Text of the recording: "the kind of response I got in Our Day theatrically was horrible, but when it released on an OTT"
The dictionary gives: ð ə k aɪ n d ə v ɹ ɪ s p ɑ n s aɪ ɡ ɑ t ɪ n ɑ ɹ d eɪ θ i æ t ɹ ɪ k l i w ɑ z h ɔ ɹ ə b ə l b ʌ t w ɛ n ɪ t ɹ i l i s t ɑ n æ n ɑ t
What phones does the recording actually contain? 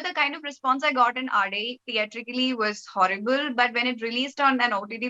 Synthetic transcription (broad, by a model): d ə k aɪ n d ə v ɹ ɪ s p ɑ n s aɪ ɡ ɑ t ɪ n ɑ ɹ d eɪ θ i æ t ɹ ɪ k l i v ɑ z h ɔ ɹ ə b ə l b ʌ t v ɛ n ɪ t ɹ i l i s t ɑ n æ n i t